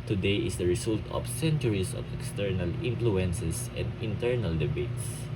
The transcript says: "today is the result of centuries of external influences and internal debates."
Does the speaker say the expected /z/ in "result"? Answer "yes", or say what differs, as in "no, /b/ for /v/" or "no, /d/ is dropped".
no, /s/ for /z/